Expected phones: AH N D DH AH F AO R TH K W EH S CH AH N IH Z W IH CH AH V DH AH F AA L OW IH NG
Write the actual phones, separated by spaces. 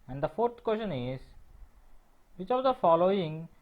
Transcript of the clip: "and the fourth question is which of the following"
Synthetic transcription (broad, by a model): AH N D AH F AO R T K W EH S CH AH N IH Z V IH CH AH V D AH F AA L OW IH NG